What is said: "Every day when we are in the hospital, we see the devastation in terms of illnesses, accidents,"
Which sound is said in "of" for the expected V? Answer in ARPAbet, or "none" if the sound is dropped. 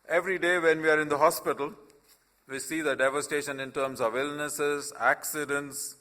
V